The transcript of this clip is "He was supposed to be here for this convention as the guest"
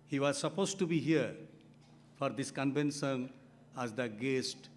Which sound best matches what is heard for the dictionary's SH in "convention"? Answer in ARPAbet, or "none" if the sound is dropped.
S